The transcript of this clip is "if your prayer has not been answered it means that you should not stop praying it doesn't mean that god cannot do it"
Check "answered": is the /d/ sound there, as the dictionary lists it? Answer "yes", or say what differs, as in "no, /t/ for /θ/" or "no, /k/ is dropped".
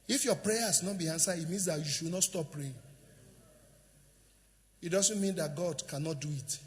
no, /d/ is dropped